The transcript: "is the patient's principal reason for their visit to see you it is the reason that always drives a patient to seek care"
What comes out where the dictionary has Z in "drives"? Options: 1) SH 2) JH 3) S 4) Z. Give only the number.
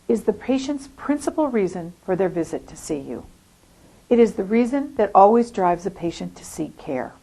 4